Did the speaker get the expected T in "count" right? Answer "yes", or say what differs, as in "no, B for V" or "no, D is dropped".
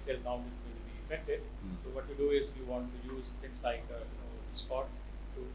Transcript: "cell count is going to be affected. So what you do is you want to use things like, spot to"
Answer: no, T is dropped